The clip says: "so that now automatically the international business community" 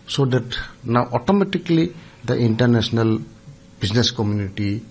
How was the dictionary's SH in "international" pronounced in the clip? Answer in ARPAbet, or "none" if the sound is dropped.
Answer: S